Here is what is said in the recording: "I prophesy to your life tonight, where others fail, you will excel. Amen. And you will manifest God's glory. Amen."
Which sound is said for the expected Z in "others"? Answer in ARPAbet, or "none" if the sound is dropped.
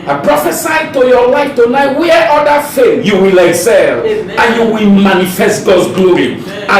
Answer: none